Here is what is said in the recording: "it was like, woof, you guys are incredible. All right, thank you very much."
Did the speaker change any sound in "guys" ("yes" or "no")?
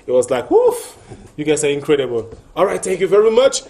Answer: yes